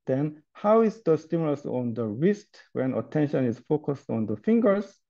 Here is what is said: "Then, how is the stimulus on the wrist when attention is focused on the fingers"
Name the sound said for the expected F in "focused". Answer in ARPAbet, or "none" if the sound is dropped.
F